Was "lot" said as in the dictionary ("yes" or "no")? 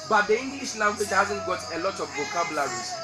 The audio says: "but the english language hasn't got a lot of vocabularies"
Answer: yes